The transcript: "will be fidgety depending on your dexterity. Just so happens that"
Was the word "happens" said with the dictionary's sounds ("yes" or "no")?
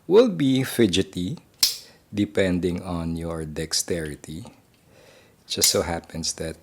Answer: no